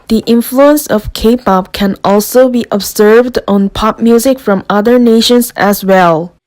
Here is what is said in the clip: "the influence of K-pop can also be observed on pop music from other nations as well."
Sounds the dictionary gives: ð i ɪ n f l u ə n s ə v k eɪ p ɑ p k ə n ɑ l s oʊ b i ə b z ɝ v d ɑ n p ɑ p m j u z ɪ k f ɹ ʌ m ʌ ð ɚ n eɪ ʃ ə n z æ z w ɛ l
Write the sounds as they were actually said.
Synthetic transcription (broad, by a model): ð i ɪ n f l u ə n s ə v k eɪ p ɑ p k ə n ɑ l s oʊ b i ə b z ɝ v d ɑ n p ɑ p m j u z ɪ k f ɹ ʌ m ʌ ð ɚ n eɪ ʃ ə n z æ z w ɛ l